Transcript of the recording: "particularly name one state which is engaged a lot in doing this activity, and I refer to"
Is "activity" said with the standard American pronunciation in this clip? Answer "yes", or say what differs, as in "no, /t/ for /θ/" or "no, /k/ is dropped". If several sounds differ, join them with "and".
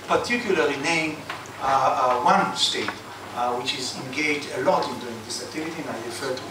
no, /k/ is dropped